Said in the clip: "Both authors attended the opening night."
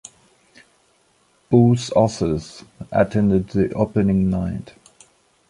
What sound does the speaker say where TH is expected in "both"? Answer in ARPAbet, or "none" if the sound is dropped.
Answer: S